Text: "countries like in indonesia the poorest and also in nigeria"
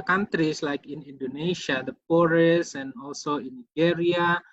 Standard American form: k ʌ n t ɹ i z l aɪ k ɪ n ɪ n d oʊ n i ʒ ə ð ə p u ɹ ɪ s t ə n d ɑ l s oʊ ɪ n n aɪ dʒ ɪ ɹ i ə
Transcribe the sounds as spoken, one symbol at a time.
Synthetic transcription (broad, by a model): k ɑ n t ɹ i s l aɪ k ɪ n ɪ n d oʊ n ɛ ʃ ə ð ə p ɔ ɹ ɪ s ə n ɑ l s oʊ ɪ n n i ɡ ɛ ɹ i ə